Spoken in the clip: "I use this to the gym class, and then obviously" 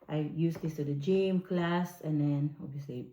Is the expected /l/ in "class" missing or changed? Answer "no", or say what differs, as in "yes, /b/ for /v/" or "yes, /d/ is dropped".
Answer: no